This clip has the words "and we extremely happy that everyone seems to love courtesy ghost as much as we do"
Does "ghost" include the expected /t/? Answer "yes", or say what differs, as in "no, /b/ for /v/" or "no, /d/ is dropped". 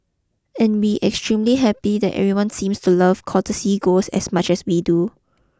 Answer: no, /t/ is dropped